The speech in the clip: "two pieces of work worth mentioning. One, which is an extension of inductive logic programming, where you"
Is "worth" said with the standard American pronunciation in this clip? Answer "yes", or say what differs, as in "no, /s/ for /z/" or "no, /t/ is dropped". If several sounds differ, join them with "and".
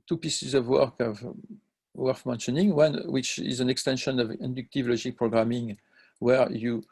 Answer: no, /f/ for /θ/